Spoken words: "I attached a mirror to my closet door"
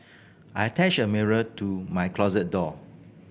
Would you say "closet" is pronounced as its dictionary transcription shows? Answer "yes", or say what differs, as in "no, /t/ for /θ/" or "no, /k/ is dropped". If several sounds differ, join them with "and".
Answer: yes